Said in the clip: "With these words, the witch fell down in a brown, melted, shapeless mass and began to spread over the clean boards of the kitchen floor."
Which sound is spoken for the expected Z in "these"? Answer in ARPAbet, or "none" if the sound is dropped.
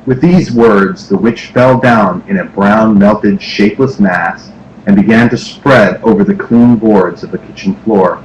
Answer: Z